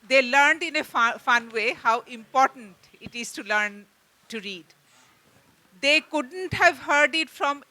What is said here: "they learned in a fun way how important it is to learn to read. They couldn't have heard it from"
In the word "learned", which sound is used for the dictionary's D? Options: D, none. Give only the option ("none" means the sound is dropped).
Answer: D